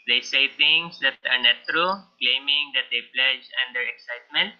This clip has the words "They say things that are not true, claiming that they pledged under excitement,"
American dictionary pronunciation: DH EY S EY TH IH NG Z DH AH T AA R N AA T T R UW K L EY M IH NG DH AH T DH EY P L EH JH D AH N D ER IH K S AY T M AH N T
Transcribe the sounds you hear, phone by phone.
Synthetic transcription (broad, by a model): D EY S EY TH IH NG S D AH T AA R N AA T T R UW K L EY M IH NG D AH T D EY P L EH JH AH N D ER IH K S AY T M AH N T